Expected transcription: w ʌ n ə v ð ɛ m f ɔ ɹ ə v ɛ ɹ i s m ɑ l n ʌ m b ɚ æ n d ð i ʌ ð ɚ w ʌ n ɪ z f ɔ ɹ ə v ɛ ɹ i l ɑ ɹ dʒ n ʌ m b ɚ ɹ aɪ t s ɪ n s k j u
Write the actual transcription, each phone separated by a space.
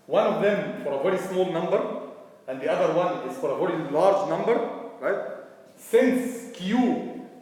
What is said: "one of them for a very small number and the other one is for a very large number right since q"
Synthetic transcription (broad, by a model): w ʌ n ə v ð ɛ m f ɔ ɹ ə v ɛ ɹ i s m ɑ l n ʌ m b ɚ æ n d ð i ʌ ð ɚ w ʌ n ɪ z f ɔ ɹ ə v ɛ ɹ i l ɑ ɹ dʒ n ʌ m b ɚ ɹ aɪ t s ɪ n s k j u